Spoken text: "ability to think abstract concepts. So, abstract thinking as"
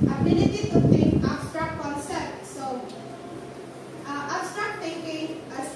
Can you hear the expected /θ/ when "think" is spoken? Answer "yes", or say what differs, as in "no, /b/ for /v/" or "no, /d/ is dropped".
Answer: no, /t/ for /θ/